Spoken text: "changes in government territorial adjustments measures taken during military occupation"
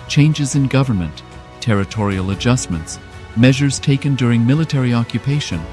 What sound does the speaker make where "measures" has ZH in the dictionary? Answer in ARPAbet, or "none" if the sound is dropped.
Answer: ZH